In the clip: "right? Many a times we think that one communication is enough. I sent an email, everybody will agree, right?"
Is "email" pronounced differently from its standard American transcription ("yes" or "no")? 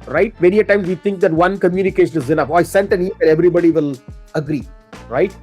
yes